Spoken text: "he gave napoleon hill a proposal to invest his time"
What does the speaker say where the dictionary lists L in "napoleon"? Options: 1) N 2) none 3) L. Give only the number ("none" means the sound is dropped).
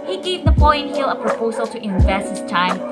2